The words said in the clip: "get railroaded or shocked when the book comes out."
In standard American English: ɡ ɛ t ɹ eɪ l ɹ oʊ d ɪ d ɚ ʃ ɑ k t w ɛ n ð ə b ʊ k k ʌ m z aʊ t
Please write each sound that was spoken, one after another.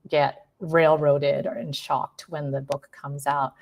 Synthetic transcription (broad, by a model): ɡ ɛ t ɹ eɪ l ɹ oʊ d ɪ d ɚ ʃ ɑ k t w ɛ n ð ə b ʊ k k ʌ m z aʊ t